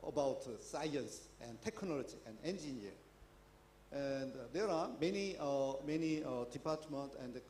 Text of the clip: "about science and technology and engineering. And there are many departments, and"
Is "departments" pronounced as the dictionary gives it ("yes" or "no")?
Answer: no